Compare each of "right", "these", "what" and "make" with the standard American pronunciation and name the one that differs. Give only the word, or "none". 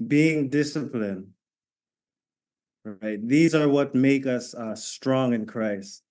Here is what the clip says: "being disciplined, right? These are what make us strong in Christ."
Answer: none